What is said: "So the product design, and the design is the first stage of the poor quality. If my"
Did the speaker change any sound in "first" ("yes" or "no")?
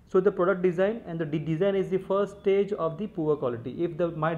yes